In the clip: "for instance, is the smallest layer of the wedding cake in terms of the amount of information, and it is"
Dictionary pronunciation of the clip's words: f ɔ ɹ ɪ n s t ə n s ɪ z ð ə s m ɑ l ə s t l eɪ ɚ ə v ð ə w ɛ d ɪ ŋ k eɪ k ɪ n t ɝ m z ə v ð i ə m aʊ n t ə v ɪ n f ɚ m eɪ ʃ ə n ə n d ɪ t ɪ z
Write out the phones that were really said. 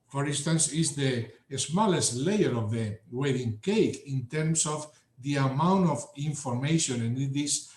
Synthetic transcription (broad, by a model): f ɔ ɹ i n s t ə n s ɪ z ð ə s m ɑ l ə s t l eɪ ɚ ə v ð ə w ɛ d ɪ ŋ k eɪ k ɪ n t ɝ m s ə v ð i ə m aʊ n t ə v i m f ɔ m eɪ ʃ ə n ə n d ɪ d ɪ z